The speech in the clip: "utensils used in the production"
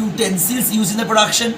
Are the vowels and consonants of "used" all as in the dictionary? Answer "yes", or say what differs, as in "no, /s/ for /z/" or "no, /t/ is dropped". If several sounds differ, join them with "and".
no, /d/ is dropped